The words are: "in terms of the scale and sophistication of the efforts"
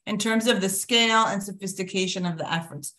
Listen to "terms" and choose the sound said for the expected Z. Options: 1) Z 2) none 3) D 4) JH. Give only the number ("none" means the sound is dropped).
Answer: 1